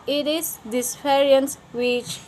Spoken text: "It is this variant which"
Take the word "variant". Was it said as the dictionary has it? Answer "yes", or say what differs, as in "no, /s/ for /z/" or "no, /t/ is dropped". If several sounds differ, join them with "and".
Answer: no, /p/ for /v/